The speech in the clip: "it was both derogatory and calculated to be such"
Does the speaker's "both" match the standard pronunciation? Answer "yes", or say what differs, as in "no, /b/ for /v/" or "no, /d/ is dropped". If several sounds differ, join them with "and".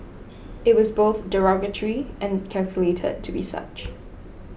yes